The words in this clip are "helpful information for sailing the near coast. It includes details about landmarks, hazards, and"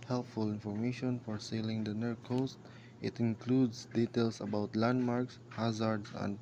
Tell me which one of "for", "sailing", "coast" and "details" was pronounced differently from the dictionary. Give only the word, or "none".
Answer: details